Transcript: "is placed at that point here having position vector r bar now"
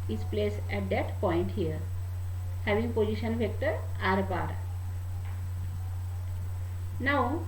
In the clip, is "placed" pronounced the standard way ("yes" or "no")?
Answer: no